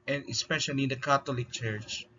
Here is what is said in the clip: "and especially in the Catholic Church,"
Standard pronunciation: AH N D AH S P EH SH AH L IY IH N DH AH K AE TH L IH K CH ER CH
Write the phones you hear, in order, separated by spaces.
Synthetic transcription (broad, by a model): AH N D AH S P EH SH AH L IY IH N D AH K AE T L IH K CH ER CH